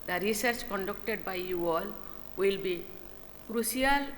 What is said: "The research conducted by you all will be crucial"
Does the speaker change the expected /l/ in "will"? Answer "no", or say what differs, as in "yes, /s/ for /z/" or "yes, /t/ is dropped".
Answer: no